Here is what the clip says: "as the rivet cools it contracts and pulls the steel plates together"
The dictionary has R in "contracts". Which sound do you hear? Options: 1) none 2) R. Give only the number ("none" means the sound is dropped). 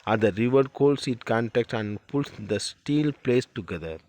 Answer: 1